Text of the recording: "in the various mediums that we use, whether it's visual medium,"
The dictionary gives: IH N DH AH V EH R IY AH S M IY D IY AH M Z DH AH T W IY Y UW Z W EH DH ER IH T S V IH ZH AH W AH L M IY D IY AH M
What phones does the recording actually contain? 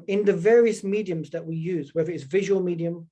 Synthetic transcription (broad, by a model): IH N DH AH V EH R IY AH S M IY D IY AH M Z DH AH T W IY Y UW Z W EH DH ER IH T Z V IH ZH AH W AH L M IY D IY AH M